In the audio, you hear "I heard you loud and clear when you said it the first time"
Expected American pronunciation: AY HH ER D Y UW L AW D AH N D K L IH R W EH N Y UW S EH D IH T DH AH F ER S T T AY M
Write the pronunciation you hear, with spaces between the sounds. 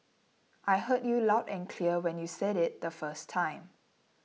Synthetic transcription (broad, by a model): AY HH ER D Y UW L AW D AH N K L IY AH W EH N Y UW S EH D IH T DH AH F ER S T T AY M